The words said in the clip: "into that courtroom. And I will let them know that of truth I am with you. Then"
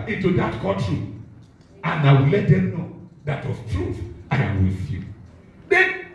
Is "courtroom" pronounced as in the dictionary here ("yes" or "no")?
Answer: no